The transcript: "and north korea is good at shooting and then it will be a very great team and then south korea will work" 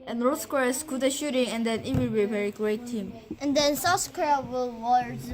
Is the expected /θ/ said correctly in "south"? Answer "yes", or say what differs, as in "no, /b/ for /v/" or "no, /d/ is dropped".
no, /s/ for /θ/